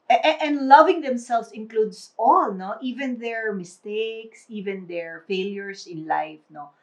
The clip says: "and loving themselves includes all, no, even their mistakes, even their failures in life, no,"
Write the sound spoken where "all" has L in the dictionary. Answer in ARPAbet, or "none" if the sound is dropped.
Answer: L